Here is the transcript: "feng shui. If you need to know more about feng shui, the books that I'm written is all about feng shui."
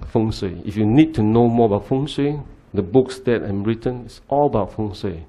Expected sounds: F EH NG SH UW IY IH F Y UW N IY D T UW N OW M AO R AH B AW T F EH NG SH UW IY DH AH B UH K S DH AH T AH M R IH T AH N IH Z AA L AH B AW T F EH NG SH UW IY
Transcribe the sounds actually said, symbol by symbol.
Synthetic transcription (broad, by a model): F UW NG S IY IH F Y UW N IY D T UW N OW M AO AH B AW T F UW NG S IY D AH B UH K S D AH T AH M R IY T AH N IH S AA L AH B AW T F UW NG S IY